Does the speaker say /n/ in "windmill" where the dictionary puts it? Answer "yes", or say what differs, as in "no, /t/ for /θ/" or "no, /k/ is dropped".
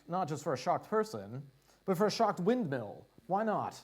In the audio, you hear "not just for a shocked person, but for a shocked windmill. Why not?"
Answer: yes